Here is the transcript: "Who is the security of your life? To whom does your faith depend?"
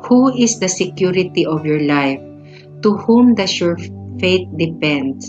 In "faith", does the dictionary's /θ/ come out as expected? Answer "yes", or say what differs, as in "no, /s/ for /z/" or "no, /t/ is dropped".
no, /t/ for /θ/